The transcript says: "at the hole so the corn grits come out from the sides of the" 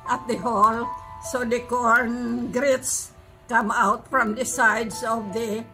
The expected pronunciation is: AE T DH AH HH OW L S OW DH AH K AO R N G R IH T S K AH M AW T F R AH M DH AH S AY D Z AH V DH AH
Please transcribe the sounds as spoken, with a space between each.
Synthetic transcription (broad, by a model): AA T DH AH HH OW L S OW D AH K AO R N G R IH T S K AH M AW T F R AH M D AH S AY D S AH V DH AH